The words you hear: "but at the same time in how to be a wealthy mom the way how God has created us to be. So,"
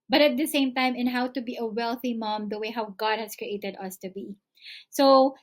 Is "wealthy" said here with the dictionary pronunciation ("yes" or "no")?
yes